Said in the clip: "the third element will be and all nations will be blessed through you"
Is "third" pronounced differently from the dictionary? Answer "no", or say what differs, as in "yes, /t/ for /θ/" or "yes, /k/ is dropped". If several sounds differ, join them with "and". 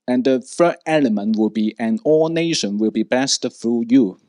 yes, /f/ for /θ/ and /d/ is dropped